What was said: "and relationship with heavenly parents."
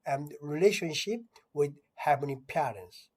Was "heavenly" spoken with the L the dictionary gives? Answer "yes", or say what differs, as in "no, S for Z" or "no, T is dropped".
no, L is dropped